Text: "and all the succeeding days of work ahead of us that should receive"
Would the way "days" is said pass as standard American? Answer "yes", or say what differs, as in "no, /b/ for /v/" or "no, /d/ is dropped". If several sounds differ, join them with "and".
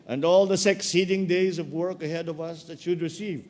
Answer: yes